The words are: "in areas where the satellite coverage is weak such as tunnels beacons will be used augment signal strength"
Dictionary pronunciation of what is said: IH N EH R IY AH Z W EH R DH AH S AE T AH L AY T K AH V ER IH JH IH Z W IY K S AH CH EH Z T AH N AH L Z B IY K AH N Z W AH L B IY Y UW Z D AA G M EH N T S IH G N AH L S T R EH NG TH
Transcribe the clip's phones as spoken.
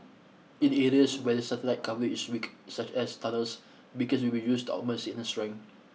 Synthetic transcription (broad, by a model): IH N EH R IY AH S W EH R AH S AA T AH L AY T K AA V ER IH IH S W IY K S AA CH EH S T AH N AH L S B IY K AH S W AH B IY Y UW S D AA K M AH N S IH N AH S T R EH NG